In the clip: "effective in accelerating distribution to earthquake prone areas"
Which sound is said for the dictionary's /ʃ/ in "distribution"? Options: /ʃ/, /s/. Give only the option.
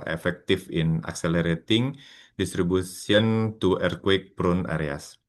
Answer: /s/